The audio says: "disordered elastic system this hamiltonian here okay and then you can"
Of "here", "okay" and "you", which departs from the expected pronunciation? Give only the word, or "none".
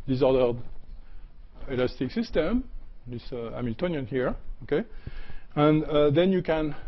none